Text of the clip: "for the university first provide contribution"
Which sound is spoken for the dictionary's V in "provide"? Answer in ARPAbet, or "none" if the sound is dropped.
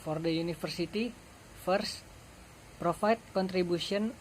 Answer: F